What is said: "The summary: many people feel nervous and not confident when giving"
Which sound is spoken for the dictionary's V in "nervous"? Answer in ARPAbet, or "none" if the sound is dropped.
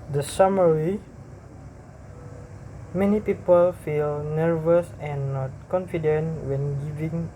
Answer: V